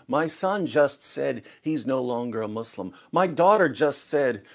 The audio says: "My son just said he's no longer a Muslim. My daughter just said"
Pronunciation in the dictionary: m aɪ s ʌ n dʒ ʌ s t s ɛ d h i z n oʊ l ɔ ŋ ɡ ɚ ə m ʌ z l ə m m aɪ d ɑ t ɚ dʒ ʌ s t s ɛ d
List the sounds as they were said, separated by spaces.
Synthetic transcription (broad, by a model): m aɪ s ʌ n dʒ ʌ s t s ɛ d h i z n oʊ l ɔ ŋ ɡ ɚ ə m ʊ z l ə m m aɪ d ɑ t ɚ dʒ ʌ s t s ɛ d